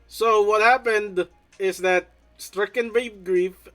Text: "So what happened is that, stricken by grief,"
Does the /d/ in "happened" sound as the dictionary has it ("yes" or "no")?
yes